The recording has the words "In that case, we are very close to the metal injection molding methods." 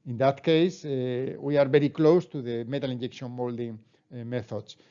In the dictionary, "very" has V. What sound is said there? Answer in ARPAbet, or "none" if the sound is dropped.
B